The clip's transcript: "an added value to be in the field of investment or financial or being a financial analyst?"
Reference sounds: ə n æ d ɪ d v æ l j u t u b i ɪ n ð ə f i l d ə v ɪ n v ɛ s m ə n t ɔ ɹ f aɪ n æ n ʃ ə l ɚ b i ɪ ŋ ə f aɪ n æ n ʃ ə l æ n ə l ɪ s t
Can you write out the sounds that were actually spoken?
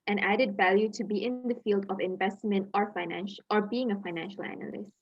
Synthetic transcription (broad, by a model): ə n æ d ɪ d v æ l j u t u b i ɪ n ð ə f i l d ə v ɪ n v ɛ s m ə n t ɔ ɹ f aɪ n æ n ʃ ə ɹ b i ɪ ŋ ə f aɪ n æ n ʃ ə l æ n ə l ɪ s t